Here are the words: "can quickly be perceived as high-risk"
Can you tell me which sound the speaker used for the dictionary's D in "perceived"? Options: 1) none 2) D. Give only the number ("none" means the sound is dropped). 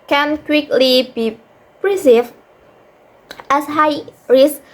1